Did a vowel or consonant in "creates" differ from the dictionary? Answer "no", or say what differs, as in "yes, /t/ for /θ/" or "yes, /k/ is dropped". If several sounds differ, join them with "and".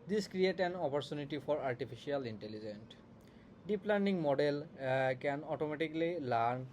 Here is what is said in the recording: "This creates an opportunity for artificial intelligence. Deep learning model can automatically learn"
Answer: yes, /s/ is dropped